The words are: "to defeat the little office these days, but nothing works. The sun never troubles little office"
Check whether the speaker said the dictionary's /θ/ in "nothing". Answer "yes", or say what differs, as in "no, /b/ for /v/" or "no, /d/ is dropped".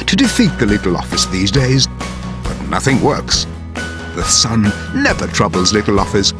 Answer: yes